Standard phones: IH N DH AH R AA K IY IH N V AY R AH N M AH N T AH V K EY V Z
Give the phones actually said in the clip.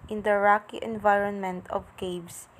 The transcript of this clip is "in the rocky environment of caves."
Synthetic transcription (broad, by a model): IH N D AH R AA K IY IH N V AY R AH N M AH N T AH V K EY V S